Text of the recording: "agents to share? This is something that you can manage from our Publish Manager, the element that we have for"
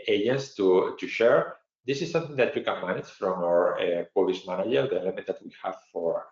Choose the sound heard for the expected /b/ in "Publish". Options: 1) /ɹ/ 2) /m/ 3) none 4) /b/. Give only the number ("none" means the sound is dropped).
3